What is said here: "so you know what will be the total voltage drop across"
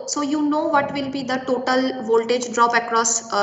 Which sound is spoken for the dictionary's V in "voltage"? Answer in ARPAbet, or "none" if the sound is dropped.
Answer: V